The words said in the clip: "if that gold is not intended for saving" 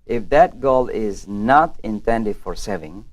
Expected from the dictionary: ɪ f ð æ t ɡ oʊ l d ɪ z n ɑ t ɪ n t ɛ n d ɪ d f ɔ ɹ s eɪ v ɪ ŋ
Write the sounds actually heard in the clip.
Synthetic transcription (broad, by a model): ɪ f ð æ t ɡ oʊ l ɪ z n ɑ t ɪ n t ɛ n d ɪ d f ɔ ɹ s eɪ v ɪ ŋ